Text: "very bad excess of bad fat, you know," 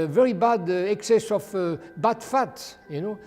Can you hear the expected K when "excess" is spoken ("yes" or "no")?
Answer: yes